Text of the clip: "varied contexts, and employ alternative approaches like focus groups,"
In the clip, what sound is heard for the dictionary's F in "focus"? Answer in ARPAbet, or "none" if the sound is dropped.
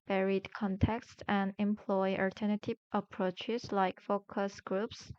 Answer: F